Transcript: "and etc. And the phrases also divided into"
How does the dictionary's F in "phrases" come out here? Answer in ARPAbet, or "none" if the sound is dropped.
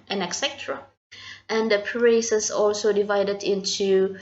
P